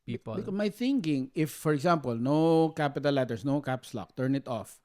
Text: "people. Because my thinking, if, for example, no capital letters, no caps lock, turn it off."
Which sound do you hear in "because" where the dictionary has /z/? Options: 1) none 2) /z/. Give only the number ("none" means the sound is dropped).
1